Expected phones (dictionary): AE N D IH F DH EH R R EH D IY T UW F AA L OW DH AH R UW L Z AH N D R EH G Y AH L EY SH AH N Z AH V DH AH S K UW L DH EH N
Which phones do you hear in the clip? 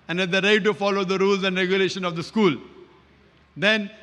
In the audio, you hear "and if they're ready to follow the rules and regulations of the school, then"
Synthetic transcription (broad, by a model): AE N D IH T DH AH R R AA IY T UW F AA L OW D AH R UW L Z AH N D R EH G Y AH L EY SH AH N AH V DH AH S K UW L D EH N